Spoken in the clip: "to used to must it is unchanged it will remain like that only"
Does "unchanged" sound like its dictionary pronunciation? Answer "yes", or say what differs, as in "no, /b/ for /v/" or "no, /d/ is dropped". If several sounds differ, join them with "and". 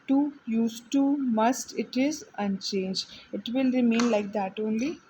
no, /d/ is dropped